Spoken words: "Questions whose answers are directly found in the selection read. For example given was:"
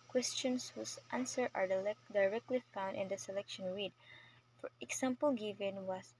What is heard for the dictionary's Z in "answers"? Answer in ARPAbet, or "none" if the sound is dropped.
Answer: none